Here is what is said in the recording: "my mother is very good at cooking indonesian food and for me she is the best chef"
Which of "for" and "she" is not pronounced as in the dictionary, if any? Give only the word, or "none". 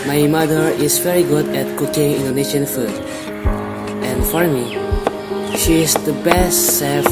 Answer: none